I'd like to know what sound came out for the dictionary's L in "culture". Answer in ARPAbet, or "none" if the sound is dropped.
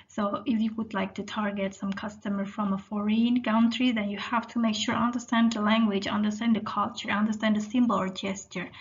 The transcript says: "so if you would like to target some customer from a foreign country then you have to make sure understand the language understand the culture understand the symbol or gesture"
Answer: L